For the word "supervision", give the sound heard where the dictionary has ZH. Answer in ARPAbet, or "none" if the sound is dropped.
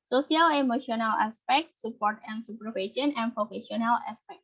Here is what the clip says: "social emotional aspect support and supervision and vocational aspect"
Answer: S